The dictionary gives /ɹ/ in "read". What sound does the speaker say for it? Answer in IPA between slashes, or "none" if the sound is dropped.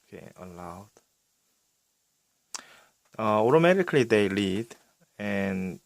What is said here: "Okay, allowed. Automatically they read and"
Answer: /l/